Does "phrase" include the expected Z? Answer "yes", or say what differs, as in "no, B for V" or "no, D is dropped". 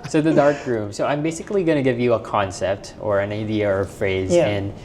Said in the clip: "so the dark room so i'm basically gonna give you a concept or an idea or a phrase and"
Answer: yes